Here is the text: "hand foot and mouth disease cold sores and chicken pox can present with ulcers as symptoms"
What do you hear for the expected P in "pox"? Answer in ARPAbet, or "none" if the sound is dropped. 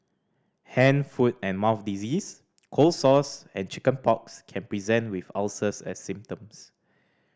P